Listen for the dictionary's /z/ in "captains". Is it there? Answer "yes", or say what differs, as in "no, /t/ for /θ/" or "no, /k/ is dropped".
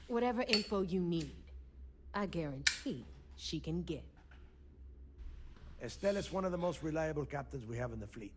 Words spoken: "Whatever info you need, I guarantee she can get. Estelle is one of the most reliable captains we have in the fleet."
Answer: yes